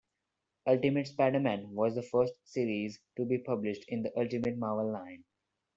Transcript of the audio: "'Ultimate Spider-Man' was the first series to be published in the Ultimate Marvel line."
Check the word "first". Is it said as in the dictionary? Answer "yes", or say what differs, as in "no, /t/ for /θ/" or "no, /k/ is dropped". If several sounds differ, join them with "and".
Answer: yes